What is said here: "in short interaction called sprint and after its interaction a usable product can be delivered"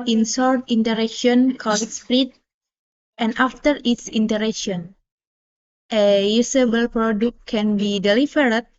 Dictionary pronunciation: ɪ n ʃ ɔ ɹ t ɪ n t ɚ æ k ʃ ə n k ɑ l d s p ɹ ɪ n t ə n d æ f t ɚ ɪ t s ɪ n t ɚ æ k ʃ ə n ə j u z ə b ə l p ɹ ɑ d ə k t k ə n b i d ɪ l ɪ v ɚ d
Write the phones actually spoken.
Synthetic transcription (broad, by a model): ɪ n s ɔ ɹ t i n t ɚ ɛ k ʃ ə n k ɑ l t s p ɹ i t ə n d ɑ f t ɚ ɪ t s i n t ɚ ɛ k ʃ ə n ə j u s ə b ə l p ɹ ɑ d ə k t k ə n b i d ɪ l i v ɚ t